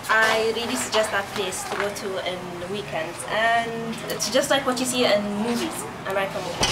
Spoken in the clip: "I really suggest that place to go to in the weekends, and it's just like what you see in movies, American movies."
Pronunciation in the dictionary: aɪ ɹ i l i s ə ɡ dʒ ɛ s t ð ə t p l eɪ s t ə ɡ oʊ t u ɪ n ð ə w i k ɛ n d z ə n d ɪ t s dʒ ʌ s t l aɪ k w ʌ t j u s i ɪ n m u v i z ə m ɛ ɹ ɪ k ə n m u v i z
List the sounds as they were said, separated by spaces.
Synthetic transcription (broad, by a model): aɪ ɹ i l i s ə ɡ dʒ ɛ s t ð ə t p l eɪ s t ə ɡ oʊ t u ɪ n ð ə w i k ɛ n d ə n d ɪ t s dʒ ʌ s t l aɪ k w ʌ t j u s i ɪ n m u v i z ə ɪ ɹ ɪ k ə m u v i